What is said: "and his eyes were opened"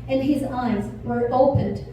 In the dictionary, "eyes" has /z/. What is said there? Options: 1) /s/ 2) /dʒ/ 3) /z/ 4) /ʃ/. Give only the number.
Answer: 3